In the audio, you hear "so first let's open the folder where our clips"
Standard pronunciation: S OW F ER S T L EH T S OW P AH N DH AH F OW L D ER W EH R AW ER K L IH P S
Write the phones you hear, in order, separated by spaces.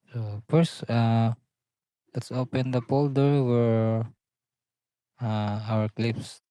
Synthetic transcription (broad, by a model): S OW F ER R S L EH T S OW P AH N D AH P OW L D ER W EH R AW ER K L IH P S